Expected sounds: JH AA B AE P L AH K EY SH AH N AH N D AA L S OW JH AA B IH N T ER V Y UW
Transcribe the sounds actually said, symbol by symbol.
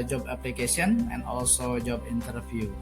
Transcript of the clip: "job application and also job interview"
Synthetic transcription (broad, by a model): JH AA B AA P L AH K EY S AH N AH N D AA L S OW JH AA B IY N T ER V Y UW